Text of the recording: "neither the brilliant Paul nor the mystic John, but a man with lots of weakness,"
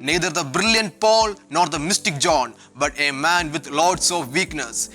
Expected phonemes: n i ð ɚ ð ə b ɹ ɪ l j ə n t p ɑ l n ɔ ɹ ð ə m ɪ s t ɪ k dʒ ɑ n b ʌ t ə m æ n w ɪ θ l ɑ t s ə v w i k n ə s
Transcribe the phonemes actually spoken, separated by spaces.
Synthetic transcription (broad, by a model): n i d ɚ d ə b ɹ ɪ l j ə n t p ɑ l n ɔ ɹ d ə m ɪ s t ɪ k dʒ ɑ n b ʌ t ə m æ n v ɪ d l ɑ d s ə v i k n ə s